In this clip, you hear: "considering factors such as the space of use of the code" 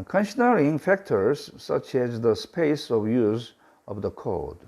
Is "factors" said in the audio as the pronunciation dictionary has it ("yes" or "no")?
yes